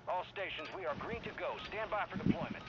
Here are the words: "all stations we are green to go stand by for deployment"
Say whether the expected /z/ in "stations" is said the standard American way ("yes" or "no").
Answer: yes